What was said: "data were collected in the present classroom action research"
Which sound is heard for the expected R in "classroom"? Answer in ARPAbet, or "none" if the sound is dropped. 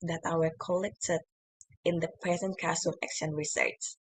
none